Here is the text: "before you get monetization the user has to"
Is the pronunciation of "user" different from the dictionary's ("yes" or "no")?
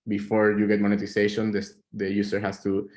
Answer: yes